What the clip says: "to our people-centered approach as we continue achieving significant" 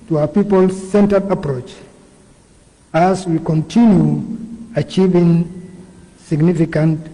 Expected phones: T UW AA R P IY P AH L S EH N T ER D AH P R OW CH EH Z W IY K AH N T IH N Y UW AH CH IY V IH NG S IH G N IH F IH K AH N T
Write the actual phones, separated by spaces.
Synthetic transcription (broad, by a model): T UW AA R P IY P AH L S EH N T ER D AH P R OW CH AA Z W IY K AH N T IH N Y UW AH CH IY V IH NG S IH G N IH F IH K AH N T